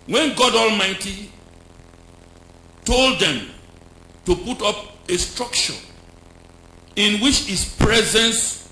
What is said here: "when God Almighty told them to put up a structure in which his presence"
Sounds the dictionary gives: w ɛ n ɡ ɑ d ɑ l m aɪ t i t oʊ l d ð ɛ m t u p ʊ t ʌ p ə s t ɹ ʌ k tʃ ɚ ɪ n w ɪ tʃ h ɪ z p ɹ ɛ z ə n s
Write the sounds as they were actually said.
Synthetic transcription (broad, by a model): w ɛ n ɡ ɑ d ɑ l m aɪ t i t oʊ l d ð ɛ m t u p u t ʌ p ə s t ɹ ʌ k tʃ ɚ ɪ n w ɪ tʃ h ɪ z p ɹ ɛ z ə n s